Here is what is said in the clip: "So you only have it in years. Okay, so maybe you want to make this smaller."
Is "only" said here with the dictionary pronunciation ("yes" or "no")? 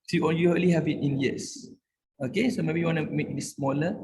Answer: no